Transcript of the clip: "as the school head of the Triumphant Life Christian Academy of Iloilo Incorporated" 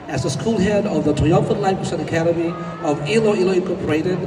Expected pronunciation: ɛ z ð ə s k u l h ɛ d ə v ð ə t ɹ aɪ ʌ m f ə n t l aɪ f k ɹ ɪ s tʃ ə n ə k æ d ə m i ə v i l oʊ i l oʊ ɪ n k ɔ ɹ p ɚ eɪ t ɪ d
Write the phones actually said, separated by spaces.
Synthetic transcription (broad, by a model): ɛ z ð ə s k u l h ɛ d ə v ð ə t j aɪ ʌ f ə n l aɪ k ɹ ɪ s ə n ə k æ d ə m i ə v i l oʊ i l oʊ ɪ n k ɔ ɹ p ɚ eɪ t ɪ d